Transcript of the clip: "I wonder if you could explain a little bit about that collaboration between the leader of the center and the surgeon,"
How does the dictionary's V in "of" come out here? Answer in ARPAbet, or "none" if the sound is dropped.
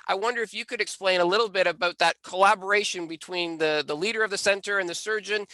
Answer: V